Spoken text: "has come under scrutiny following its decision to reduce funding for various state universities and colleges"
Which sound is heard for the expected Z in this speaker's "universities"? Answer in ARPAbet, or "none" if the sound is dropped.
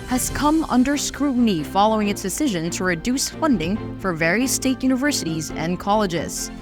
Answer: Z